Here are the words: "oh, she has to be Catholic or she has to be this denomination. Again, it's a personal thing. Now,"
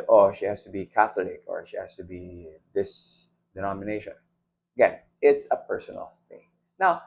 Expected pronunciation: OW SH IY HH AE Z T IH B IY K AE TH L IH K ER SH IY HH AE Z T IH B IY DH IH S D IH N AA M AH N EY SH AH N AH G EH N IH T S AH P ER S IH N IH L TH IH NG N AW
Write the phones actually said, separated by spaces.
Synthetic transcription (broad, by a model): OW SH IY HH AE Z T IH B IY K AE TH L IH K ER SH IY HH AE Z T IH B IY DH IH S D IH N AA M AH N EY SH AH N AH G EH N IH T S AH P ER S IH N L TH IH NG N AW